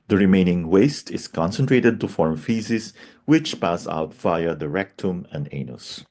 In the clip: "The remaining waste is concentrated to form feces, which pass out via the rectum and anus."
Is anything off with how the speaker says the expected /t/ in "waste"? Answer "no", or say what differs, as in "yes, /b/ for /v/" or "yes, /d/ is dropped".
no